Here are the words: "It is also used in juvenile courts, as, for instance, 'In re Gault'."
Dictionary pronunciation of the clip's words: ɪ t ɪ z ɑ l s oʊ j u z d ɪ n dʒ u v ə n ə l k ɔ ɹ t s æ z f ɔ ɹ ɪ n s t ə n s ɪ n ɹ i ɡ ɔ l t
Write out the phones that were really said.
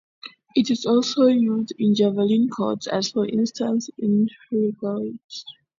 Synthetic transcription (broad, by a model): ɪ t ɪ z ɑ l s oʊ j u z d ɪ n dʒ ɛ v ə l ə n k ɔ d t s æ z f ɔ ɹ ɪ n s t ə n s ɪ n ɹ i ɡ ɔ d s